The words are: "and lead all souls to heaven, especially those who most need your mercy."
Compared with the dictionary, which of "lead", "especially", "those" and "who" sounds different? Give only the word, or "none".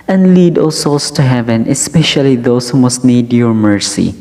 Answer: those